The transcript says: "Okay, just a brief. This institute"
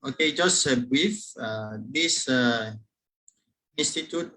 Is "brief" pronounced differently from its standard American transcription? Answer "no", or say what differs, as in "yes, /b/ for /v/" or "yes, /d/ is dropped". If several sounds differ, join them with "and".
yes, /ɹ/ is dropped